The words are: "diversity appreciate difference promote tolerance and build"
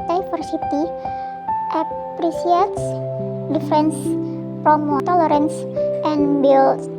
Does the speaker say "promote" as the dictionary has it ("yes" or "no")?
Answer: no